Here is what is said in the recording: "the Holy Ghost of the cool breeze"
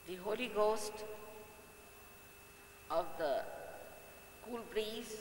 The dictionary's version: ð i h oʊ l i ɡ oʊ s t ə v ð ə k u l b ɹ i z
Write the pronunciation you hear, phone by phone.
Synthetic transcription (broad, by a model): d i h oʊ l i ɡ oʊ s t ə v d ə k u l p ɹ i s